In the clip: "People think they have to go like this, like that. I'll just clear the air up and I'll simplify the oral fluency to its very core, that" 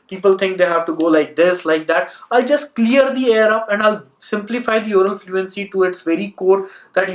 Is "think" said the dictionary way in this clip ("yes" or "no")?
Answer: no